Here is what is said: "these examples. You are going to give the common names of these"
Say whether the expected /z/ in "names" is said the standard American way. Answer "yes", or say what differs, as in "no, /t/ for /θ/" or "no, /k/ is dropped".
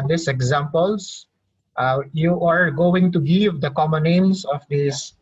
no, /s/ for /z/